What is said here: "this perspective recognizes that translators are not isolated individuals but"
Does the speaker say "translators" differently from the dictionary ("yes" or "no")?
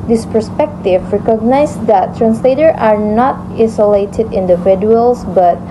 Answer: yes